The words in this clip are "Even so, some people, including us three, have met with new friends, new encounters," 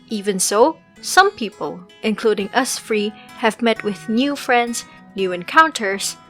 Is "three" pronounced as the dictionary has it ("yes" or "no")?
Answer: no